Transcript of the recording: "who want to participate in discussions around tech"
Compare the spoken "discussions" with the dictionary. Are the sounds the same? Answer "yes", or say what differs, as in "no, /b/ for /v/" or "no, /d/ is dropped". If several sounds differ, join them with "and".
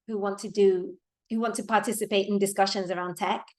yes